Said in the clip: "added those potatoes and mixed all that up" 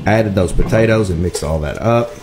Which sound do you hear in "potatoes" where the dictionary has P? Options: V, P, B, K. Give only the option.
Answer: P